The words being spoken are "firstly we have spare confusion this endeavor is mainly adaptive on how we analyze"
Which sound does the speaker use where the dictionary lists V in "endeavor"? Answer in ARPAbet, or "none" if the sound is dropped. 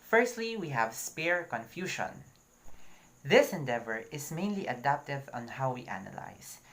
V